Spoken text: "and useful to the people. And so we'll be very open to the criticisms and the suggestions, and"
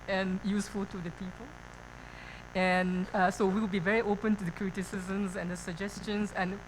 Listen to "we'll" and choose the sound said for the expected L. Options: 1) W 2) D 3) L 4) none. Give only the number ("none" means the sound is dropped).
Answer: 1